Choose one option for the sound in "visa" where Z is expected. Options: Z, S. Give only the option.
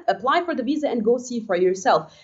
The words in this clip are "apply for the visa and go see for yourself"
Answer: Z